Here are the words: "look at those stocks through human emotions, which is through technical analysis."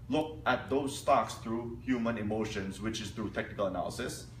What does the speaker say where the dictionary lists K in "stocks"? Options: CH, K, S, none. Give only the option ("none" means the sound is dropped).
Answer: K